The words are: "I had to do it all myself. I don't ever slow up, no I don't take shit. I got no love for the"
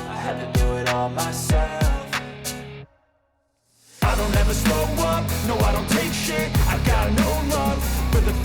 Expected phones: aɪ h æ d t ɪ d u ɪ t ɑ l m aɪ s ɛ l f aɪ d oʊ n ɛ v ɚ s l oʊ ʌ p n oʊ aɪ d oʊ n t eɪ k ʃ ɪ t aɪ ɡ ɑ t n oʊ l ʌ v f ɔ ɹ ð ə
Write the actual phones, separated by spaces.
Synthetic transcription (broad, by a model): aɪ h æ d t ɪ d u ɪ t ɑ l m aɪ s ɛ l f aɪ d oʊ n ɛ v ɚ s oʊ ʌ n n oʊ aɪ d oʊ n t eɪ k ʃ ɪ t aɪ ɡ ɑ t n oʊ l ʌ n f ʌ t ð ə